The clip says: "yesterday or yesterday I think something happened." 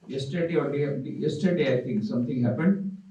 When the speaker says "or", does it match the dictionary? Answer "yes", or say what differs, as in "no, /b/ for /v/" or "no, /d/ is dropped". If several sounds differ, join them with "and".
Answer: no, /l/ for /ɹ/